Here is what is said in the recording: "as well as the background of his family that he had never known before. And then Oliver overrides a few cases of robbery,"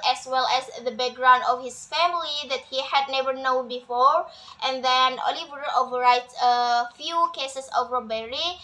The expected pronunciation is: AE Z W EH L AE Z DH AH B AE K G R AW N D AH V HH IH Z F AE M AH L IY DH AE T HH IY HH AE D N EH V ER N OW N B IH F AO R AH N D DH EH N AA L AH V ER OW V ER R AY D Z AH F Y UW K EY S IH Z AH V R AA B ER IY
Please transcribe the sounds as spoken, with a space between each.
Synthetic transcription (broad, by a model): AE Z W EH L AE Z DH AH B AE K G R AW N D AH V HH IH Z F AE M AH L IY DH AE T HH IY HH AE D N EH V ER N OW N B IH F AO R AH N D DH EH N AA L AH V ER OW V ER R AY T AH F Y UW K EY S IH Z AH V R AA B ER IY